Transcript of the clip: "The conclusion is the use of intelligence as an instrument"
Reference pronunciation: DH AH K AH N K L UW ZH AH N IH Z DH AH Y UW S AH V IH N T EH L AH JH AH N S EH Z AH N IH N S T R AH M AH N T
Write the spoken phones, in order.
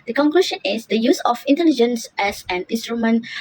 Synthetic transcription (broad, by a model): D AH K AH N K L UW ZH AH N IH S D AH Y UW S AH F IH N T EH L AH JH AH N S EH S AH N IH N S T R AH M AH N